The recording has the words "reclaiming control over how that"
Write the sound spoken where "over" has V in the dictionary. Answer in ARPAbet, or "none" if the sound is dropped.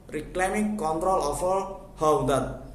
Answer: F